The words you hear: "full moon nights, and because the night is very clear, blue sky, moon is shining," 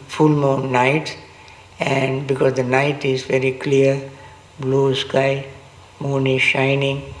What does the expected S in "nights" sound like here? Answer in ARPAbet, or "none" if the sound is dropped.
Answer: none